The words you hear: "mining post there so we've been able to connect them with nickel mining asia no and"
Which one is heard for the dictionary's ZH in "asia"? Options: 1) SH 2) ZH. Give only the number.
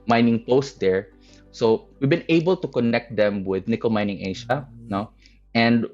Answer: 1